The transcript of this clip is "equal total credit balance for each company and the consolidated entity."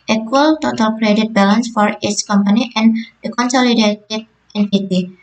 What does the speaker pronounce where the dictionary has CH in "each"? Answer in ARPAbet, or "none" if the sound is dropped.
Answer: S